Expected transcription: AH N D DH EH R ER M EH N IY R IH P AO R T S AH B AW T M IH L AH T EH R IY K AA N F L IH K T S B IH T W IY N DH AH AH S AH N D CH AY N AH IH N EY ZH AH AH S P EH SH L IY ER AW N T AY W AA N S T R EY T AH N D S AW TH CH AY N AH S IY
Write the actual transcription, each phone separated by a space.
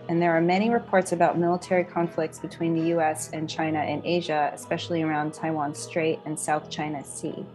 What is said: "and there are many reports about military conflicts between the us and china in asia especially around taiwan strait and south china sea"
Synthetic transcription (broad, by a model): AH N DH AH R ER M EH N IY R IH P AO R T S AH B AW T M IH L AH T EH R IY K AA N F L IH K T S B IH T W IY N DH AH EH S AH N CH AY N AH IH N EY ZH AH AH S P EH SH L IY ER AW N T AY W AA N S T R EY T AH N S AW TH CH AY N AH S IY